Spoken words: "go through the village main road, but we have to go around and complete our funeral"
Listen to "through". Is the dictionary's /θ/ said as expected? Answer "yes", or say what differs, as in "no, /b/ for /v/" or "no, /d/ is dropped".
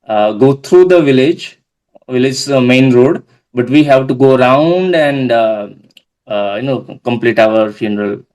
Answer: no, /t/ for /θ/